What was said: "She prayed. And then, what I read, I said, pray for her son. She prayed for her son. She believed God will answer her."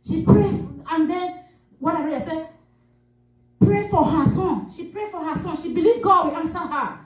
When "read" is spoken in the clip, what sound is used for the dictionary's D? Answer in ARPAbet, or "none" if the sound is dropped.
none